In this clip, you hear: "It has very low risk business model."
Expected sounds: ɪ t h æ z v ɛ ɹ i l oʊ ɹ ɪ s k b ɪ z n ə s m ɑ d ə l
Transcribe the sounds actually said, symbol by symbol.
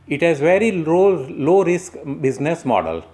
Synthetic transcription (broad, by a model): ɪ t h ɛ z v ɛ ɹ i l oʊ ɹ ɪ s k b ɪ z n ə s m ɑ d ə l